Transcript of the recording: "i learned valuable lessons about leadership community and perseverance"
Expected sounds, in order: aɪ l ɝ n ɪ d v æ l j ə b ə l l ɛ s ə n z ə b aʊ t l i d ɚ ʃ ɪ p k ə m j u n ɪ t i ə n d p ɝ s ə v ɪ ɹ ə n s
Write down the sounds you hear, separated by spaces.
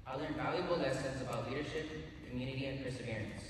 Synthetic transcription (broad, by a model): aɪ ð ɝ ɪ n v æ l j ə b ə l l ɛ s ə n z ə b aʊ t l i d ɚ ʃ ɪ p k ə m j u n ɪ t i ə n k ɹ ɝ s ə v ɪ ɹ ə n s